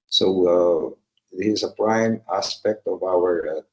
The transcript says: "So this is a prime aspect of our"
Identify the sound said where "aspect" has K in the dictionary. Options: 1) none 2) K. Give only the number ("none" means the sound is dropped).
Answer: 2